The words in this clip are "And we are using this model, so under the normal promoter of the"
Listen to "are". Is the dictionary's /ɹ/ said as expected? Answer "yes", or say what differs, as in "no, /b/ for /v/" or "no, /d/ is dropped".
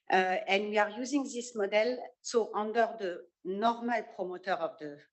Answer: yes